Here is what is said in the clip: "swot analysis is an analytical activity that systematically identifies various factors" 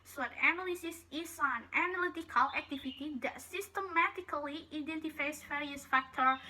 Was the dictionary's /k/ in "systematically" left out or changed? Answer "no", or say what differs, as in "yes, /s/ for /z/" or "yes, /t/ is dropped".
no